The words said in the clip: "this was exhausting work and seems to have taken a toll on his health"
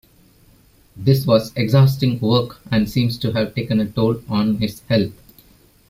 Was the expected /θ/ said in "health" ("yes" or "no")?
no